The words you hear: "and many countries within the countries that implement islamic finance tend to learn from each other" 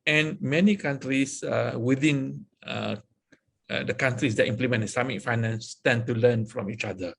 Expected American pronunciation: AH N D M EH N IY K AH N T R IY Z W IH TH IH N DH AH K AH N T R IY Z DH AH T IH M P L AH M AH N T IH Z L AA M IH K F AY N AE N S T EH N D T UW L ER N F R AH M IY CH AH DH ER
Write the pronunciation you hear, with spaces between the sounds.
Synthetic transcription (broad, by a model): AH N M EH N IY K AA N T R IY S W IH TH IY N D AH K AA N T R IY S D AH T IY M P L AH M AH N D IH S AA M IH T F AY N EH N S T EH N T UW L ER N F R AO M IY CH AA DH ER